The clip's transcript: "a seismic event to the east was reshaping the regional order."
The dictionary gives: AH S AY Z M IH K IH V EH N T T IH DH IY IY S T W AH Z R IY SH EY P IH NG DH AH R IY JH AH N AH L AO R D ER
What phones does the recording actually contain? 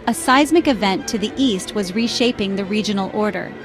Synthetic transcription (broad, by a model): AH S AY Z M IH K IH V EH N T T IH DH IY IY S T W AH Z R IY SH EY P IH NG DH AH R IY JH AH N L AO R D ER